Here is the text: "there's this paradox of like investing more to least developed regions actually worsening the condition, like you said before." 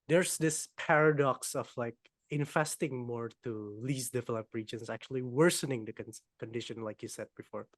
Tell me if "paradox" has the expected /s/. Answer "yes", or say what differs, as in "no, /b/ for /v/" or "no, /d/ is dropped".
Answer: yes